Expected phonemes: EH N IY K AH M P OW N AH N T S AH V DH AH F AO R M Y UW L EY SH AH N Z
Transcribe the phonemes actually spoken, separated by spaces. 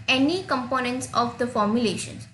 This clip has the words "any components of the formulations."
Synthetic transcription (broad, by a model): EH N IY K AH M P OW N AH N T S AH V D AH F AO R M Y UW L EY SH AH N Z